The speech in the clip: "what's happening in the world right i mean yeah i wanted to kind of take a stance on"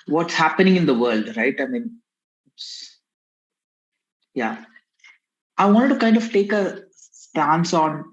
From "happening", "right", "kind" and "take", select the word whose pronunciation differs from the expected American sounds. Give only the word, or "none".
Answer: none